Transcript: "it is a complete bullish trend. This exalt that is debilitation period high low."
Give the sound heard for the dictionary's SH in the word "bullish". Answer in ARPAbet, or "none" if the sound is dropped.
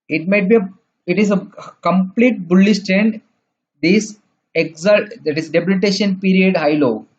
S